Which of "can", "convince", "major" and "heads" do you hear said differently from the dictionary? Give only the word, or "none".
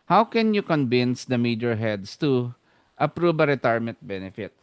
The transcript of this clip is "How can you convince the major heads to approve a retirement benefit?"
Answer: heads